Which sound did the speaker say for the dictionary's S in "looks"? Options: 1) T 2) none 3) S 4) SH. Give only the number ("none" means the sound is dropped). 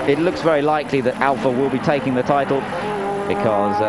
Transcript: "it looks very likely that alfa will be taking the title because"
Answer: 3